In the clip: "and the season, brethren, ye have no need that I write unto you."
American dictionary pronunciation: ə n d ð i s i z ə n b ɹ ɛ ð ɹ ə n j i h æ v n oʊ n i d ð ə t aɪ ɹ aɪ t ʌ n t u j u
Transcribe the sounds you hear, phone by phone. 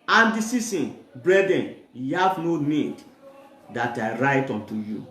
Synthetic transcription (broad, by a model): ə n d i s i s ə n b ɹ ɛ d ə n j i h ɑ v n oʊ n i d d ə t aɪ ɹ aɪ t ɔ n t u j u